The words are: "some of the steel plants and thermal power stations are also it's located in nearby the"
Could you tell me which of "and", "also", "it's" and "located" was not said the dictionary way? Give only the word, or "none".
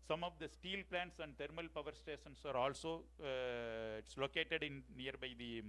none